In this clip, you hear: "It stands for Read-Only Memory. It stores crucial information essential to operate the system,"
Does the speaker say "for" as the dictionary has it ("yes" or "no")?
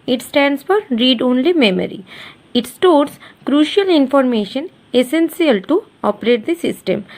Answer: yes